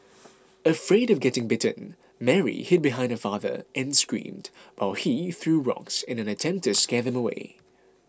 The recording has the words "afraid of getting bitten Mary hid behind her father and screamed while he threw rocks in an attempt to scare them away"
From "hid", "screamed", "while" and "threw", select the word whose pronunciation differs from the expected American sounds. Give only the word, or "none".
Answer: none